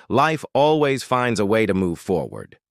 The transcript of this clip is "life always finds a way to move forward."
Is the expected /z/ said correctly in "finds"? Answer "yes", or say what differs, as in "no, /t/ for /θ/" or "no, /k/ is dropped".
yes